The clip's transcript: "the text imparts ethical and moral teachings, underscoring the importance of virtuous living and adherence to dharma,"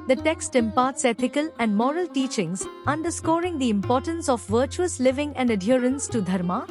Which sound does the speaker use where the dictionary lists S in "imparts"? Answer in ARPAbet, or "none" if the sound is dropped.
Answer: S